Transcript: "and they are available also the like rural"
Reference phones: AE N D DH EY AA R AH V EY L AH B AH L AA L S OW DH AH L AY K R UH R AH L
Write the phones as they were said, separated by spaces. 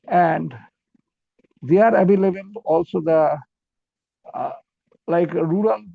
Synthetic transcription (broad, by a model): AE N D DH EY AA R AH B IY L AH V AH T AA L S OW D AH L AY K R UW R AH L